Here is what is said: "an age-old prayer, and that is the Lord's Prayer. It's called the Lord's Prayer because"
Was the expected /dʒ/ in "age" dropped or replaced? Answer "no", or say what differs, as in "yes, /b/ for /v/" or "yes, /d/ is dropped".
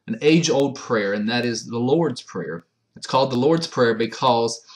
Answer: no